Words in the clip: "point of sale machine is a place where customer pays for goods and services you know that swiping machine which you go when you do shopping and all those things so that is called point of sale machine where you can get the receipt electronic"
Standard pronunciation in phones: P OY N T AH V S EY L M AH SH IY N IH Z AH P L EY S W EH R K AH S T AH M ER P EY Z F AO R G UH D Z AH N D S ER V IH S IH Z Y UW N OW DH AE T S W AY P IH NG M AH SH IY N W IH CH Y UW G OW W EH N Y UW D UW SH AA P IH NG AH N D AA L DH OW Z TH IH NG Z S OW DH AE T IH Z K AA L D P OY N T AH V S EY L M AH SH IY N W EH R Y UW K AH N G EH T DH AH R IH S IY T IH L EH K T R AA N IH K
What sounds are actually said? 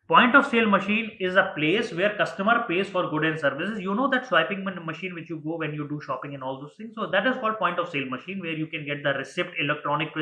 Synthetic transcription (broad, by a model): P OY N T AH V S EY L M AH SH IY N IH Z AH P L EY S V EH R K AH S T AH M ER P EY Z F AO R G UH D AH N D S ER V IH S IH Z Y UW N OW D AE T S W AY P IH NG M AH SH IY N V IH CH Y UW G OW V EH N Y UW D UW SH AA P IH NG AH N AA L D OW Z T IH NG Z S OW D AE T IH Z K AA L D P OY N T AH V S EY L M AH SH IY N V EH R Y UW K AH N G EH T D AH R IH S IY T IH L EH K T R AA N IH K